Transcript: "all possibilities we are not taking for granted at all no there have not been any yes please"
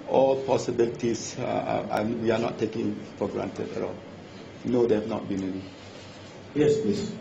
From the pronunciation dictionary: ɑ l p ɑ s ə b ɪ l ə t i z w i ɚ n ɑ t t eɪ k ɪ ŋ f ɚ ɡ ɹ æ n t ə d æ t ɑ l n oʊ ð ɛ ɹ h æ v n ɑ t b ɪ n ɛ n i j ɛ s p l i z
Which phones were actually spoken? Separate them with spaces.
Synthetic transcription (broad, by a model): ɑ l p ɑ s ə b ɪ l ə t i s w i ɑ n ɑ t t eɪ k ɪ ŋ f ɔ ɡ ɹ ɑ n t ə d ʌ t ɑ l n oʊ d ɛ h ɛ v n ɑ t b ɪ n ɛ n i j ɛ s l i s